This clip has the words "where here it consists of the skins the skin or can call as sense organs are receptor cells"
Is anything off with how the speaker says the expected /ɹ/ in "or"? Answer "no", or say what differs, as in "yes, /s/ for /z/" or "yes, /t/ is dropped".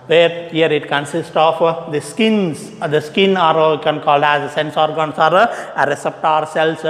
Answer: yes, /l/ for /ɹ/